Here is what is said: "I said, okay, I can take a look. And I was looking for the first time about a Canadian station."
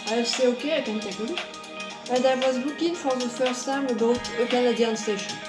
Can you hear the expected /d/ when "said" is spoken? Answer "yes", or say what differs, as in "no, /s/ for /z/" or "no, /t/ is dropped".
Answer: no, /d/ is dropped